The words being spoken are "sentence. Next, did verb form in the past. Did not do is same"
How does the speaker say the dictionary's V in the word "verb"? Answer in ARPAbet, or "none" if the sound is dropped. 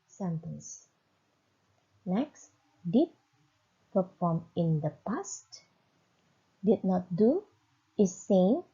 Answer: P